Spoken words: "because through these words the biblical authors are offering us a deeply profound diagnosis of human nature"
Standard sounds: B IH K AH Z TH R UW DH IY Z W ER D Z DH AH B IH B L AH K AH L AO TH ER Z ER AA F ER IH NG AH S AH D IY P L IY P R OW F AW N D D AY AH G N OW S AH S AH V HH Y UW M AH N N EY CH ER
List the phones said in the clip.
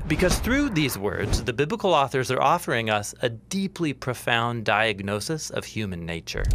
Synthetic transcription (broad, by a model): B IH K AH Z TH R UW DH IY Z W ER D Z DH AH B IH B L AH K L AO TH ER Z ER AA F ER IH NG AH S AH D IY P L IY P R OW F AW N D D AY AH G N OW S AH S AH V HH Y UW M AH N N EY CH ER